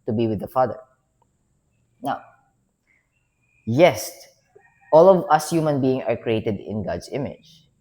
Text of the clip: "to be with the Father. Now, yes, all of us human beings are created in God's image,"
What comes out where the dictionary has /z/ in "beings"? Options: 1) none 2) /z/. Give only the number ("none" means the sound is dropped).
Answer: 1